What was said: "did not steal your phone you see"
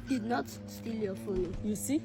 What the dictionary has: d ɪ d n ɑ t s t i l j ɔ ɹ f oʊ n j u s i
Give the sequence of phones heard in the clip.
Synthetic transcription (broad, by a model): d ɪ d n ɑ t s t i l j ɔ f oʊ l j u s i